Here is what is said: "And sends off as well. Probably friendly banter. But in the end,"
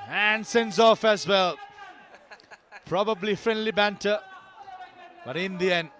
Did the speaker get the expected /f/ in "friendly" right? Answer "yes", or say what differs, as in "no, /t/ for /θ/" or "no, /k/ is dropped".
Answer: yes